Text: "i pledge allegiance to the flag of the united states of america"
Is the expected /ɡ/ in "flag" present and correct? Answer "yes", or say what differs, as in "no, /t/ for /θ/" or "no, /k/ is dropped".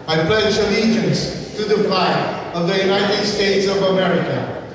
no, /ɡ/ is dropped